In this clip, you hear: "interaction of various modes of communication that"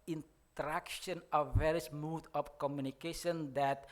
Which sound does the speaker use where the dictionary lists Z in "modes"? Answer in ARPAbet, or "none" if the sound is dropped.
none